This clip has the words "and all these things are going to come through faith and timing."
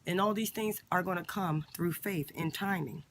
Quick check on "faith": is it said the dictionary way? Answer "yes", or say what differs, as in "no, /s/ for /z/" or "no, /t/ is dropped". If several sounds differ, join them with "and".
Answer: yes